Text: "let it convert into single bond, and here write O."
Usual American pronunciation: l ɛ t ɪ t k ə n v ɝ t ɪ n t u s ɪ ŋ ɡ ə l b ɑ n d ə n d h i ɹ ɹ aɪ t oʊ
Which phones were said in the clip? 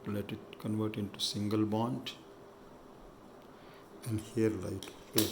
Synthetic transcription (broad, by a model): l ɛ t ɪ t k ə n v ɝ t ɪ n t u s ɪ ŋ ɡ ə l b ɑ n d ə n d h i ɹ l aɪ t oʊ